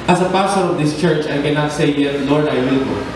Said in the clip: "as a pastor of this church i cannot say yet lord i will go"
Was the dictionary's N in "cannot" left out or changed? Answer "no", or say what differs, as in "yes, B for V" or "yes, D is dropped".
no